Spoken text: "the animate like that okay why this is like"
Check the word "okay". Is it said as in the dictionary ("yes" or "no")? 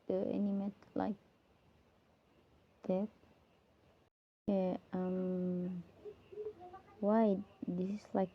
no